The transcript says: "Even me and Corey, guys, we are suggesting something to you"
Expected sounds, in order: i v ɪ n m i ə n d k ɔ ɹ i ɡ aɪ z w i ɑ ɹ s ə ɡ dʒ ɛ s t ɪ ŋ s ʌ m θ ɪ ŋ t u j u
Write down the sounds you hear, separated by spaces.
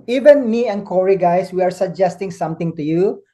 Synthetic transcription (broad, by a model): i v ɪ n m i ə n k ɔ ɹ i ɡ aɪ s w i ɑ ɹ s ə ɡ dʒ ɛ s t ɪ ŋ s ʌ m t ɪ ŋ t u j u